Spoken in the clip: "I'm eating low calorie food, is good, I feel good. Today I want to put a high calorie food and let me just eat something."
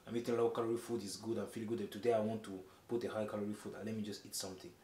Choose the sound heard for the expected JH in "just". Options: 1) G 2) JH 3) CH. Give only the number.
2